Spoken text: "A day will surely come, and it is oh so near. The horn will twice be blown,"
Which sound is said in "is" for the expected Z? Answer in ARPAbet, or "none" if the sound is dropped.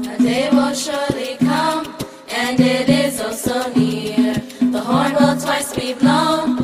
Z